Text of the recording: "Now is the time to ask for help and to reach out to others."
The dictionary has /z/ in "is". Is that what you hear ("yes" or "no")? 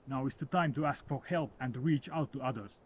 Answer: no